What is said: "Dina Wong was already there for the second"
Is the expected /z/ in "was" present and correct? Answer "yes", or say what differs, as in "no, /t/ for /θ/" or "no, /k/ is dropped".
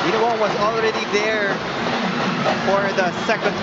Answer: yes